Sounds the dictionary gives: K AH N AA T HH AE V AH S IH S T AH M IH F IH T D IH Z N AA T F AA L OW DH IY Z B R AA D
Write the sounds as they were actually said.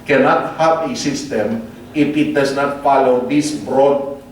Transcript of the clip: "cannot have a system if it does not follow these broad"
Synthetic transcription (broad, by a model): K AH N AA T HH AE P AH S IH S T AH M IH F IH T D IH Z N AA T F AA L OW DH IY S B R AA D